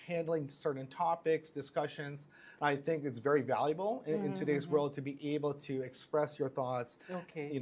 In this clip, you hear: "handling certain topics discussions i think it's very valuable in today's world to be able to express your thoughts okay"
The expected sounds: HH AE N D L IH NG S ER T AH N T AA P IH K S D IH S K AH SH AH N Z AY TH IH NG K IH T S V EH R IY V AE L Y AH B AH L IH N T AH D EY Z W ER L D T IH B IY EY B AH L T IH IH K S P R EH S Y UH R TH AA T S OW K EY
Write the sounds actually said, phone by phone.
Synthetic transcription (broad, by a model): HH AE N D L IH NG S ER T N T AA P IH K S D IH S K AH SH AH N Z AY TH IH NG K IH T S V EH R IY V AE L Y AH B L IH N T AH D EY Z W ER L D T IH B IY EY B L T IH IH K S P R EH S Y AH R TH AA T S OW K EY